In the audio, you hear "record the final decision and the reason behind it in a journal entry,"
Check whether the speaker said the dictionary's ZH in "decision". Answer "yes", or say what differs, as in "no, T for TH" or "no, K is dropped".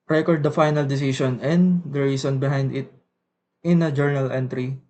no, S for ZH